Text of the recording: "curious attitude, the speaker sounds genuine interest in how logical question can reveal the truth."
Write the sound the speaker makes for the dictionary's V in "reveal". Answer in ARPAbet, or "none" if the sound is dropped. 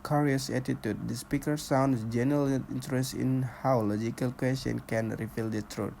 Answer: F